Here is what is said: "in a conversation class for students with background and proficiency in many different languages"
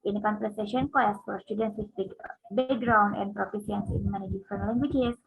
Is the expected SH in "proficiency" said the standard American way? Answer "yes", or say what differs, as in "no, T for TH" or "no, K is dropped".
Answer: no, S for SH